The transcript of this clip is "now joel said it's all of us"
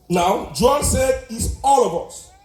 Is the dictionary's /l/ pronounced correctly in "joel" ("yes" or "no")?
no